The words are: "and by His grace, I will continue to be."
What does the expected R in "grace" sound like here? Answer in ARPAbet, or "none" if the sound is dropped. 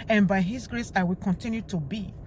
R